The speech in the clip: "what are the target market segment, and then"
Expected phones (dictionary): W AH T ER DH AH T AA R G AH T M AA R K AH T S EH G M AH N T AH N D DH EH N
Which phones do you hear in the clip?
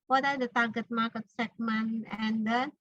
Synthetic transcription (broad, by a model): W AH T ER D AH T AA R G AH T M AA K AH T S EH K M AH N AH N D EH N